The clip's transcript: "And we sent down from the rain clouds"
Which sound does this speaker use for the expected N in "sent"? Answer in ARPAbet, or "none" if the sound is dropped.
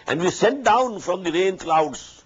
none